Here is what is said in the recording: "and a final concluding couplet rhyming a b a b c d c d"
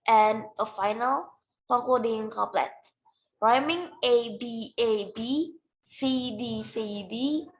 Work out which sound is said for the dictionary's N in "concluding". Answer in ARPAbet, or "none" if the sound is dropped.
none